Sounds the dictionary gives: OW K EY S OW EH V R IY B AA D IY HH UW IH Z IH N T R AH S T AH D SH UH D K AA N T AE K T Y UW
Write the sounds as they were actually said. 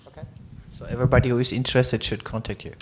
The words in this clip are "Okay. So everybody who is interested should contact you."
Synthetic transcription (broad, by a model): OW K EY S OW EH V R IY B AA D IY HH UW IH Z IH N T R AH S T AH D SH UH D K AA N T AE K T Y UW